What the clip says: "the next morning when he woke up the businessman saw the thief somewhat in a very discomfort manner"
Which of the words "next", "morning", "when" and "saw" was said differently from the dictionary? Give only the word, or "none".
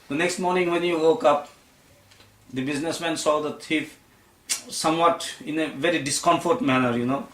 none